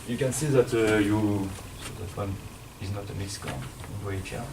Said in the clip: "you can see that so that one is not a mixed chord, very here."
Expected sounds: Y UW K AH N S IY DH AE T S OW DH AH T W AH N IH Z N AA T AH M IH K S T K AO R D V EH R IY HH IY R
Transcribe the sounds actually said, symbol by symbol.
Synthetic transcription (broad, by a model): Y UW K AH N S IY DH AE T S OW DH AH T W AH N IH Z N AA T AH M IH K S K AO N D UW IY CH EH